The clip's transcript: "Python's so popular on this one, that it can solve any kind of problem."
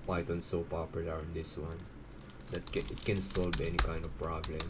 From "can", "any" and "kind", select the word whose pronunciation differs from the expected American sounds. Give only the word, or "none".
none